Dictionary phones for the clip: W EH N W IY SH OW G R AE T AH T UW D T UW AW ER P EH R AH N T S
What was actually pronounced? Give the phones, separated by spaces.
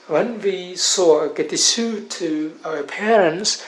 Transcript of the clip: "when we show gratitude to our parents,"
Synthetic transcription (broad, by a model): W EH N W IY S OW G EH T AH S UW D T UW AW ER P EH R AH N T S